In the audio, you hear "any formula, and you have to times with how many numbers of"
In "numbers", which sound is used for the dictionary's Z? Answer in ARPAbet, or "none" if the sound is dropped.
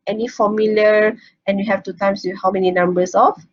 S